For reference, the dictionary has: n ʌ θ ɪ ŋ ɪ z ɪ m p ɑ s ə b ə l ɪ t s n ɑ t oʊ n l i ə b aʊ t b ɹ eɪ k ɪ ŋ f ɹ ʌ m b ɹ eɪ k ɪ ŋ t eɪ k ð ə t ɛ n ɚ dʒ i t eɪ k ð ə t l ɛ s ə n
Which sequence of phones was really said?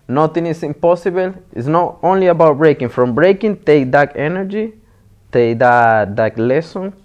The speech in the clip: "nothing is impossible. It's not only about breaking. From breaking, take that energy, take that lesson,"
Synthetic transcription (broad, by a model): n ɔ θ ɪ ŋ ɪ s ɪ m p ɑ s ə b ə l ɪ t s n ɑ t oʊ n l i ə b aʊ t b ɹ eɪ k ɪ ŋ f ɹ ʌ m b ɹ eɪ k ɪ ŋ t eɪ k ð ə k ɛ n ɚ dʒ i t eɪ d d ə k l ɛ s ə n